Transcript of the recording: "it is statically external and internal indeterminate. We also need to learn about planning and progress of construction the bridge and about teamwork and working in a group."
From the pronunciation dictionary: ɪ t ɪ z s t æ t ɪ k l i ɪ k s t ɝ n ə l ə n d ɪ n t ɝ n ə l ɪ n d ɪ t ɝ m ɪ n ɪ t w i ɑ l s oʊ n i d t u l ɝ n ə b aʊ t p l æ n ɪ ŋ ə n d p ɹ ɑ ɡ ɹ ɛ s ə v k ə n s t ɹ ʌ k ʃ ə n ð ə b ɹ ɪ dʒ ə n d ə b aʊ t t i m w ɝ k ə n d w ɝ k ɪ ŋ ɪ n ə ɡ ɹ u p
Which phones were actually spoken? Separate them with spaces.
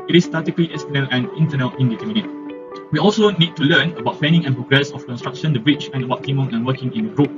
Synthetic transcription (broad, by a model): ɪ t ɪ s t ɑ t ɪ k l i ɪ s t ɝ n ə l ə n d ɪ n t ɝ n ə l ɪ n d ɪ t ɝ m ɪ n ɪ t w i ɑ l s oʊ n i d t u l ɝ n ə b aʊ t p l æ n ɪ ŋ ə n p ɹ ɑ ɡ ɹ ɛ s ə f k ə n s t ɹ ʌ k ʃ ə n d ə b ɹ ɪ tʃ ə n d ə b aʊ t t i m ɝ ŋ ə n w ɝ k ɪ ŋ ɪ n ə ɡ ɹ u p